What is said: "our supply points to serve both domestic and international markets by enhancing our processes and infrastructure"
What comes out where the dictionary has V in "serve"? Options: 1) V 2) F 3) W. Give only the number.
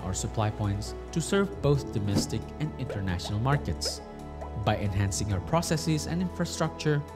1